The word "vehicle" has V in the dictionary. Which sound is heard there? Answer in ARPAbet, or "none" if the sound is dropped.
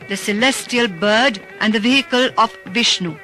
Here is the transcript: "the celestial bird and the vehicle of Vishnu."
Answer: V